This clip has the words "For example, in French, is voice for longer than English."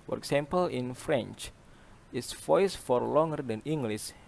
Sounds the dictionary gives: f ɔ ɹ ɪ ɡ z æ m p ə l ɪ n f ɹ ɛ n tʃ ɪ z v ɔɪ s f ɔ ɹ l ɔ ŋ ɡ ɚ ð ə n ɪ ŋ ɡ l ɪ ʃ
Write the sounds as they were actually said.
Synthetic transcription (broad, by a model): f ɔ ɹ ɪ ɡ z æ m p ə l ɪ n f ɹ ɛ n tʃ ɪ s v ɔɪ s f ɔ ɹ l ɔ ŋ ɡ ɚ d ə n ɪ ŋ ɡ l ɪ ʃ